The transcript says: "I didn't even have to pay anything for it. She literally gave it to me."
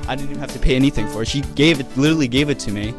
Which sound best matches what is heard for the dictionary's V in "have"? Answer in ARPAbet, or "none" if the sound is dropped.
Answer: F